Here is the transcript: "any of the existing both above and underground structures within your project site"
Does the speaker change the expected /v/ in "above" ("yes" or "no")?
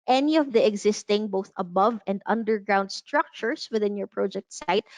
no